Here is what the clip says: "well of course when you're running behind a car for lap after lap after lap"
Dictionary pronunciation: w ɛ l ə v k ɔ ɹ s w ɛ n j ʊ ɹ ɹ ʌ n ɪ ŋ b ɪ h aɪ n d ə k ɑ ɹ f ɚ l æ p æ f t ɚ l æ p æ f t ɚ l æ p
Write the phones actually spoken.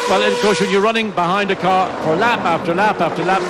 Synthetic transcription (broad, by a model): w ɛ l ə v k ɔ ɹ s w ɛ n j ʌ ɹ ɹ ʌ n ɪ ŋ b ɪ h aɪ n d ə k ɑ ɹ f ɚ l æ p æ f t ɚ l æ p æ f t ɚ l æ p